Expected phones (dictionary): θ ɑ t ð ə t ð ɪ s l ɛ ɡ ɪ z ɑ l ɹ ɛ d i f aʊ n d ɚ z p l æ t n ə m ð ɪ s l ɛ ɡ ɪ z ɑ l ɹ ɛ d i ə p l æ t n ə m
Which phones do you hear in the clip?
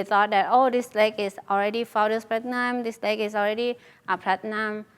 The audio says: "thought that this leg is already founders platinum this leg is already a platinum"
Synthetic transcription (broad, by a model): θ ɑ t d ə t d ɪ s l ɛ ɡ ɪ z ɑ l ɹ ɛ d i f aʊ d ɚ s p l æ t n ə m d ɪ s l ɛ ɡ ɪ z ɑ l ɹ ɛ d i ə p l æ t n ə m